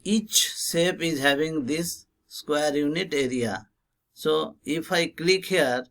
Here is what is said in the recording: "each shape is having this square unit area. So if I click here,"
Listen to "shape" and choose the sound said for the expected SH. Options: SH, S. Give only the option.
S